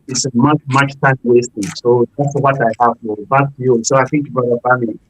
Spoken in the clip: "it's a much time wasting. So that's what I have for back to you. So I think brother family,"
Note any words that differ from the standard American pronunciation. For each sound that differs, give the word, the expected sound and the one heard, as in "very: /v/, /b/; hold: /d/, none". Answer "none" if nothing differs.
brother: /ɹ/, none